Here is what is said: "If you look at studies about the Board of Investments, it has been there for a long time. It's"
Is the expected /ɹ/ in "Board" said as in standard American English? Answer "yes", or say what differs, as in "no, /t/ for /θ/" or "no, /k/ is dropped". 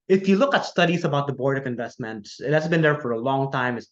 yes